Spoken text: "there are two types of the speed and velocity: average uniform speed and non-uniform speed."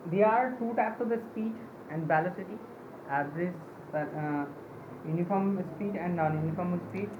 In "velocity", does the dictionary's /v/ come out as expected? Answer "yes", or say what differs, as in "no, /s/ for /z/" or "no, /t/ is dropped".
no, /b/ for /v/